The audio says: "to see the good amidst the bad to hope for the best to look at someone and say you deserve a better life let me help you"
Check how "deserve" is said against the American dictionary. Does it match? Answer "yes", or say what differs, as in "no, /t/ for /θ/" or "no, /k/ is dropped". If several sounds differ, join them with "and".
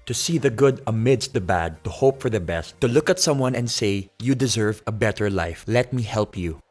yes